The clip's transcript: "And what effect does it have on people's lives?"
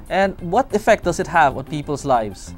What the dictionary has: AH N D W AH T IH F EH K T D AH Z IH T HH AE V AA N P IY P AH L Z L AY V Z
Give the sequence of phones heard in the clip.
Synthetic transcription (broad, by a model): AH N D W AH T IH F EH K T D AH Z IH T HH AE V AA N P IY P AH L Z L AY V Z